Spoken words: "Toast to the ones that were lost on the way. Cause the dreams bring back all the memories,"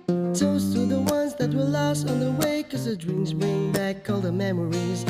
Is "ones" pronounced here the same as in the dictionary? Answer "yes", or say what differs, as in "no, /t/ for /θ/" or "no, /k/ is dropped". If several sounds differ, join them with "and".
yes